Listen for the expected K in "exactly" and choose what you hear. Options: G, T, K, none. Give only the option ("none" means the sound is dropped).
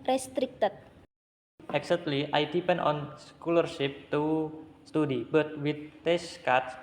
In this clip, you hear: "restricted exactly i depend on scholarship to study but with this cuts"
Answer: none